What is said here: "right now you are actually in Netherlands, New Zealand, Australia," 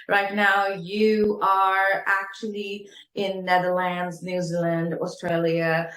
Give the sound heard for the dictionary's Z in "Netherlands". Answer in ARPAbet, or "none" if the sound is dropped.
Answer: Z